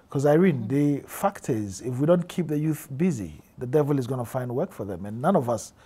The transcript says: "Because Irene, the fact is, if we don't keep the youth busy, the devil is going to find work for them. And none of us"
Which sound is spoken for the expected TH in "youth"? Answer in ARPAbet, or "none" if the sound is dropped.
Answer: TH